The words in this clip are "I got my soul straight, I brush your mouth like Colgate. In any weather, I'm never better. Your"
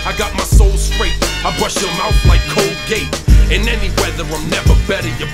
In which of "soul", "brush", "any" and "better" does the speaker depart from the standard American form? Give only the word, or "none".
none